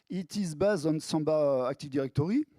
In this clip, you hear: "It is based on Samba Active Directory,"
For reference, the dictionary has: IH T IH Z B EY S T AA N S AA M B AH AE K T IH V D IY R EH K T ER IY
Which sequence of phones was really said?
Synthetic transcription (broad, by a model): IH T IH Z B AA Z AA N S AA B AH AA K T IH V D IY R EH K T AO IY